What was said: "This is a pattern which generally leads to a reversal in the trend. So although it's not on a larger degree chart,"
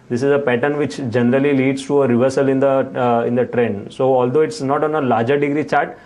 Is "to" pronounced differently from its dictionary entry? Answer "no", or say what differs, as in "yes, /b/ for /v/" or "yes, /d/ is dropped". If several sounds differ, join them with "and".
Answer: no